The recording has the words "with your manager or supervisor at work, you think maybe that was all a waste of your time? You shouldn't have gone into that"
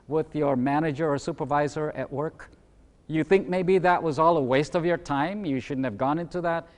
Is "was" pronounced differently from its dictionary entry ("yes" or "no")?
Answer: no